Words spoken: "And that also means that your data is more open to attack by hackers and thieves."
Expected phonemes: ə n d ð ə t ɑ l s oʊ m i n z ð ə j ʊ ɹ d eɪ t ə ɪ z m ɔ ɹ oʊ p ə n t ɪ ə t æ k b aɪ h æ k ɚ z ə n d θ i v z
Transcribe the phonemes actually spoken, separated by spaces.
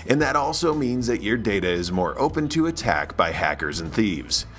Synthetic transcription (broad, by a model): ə n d ð ə t ɑ l s oʊ m i n z ð ə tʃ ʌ ɹ d eɪ t ə ɪ z m ɔ ɹ oʊ p ə n t ɪ ə t æ k b aɪ h æ k ɚ z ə n θ i v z